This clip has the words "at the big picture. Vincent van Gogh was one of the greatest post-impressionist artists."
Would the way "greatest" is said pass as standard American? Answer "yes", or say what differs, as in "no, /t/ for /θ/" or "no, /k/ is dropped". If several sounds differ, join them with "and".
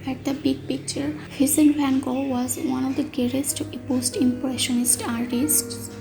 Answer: no, /ɹ/ is dropped